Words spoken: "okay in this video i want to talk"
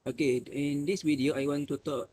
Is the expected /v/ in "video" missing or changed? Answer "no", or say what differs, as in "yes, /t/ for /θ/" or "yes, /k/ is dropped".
yes, /w/ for /v/